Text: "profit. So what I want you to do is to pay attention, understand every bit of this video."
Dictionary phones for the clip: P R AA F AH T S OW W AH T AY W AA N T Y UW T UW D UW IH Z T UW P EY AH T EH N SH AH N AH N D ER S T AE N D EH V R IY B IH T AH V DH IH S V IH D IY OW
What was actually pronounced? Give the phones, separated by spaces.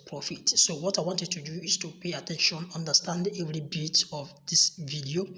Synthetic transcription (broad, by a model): P R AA F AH T S OW W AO T AY W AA N T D T UW D UW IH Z T UW P EY AH T EH N SH AH N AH N D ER S T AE N D EH V R IY B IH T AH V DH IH S V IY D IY OW